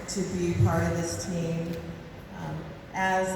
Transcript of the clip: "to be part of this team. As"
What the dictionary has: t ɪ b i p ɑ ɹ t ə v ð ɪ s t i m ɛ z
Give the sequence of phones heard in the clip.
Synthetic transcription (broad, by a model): t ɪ b i p ɑ ɹ t ə v ð ɪ s t i m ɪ z